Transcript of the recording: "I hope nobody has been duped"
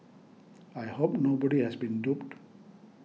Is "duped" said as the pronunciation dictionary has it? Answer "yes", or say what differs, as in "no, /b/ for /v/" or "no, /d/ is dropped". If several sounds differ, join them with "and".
yes